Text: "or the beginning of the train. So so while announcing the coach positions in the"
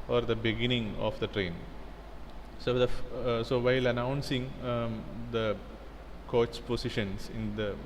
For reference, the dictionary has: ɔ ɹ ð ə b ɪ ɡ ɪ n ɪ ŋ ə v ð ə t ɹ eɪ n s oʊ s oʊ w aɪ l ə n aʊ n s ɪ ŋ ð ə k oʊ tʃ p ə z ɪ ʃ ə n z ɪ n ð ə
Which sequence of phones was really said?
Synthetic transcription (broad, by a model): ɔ ɹ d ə b ɪ ɡ ɪ n ɪ ŋ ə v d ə t ɹ eɪ n s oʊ s oʊ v aɪ l ə n aʊ n s ɪ ŋ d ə k oʊ s p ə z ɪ ʃ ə n s ɪ n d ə